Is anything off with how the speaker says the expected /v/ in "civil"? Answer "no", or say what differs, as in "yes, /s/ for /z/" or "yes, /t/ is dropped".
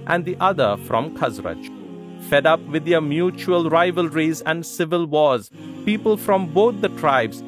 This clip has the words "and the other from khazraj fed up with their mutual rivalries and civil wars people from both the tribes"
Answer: no